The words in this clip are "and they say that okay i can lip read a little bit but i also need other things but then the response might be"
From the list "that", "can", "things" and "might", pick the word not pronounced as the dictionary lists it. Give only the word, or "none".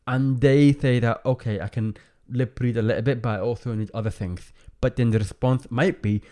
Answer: none